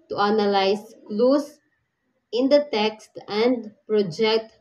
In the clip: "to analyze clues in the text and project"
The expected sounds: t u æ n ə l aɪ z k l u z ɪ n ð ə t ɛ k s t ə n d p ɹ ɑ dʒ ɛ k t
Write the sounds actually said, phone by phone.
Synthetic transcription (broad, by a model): t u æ n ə l aɪ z k l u s ɪ n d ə t ɛ k s t ə n d p ɹ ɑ dʒ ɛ k t